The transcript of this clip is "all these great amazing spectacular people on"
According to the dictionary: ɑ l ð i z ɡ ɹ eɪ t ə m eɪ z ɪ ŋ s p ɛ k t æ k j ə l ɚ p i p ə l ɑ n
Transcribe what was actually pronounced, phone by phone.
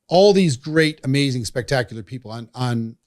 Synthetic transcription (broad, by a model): ɑ l ð i z ɡ ɹ eɪ t ə m eɪ z ɪ ŋ s p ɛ k t æ k j l ɚ p i p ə n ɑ n